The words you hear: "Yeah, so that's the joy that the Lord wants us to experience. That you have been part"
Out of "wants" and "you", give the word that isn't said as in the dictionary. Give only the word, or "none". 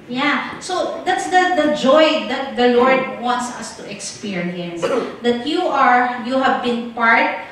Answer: none